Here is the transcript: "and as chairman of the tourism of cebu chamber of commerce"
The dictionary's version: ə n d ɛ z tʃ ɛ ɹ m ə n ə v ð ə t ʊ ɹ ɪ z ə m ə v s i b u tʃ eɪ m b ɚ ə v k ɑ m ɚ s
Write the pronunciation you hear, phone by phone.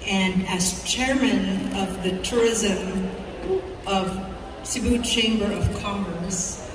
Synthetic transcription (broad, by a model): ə n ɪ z tʃ ɛ ɹ m ə n ə v ð ə t ʊ ɹ ɪ z ə m ə v s i b u tʃ eɪ m b ɚ ə v k ɑ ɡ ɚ s